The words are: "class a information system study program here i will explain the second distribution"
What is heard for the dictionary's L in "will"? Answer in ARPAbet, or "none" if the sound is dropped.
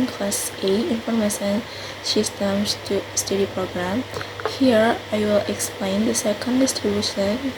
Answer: L